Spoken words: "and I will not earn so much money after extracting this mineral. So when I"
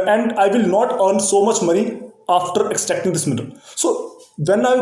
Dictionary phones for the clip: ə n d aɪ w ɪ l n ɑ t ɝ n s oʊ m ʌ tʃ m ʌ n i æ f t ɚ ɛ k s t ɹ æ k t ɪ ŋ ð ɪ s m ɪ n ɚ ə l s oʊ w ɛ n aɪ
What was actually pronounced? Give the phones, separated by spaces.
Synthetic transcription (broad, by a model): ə n d aɪ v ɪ l n ɑ t ɝ n s oʊ m ʌ tʃ m ʌ n i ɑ f t ɚ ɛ k s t ɛ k t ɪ ŋ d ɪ s m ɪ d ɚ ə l s oʊ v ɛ n aɪ